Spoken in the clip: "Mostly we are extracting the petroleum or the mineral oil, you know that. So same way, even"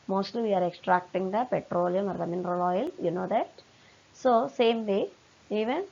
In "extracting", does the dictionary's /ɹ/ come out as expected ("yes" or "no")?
yes